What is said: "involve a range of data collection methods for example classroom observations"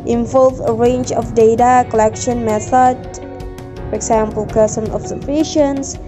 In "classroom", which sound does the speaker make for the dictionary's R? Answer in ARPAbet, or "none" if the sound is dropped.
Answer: none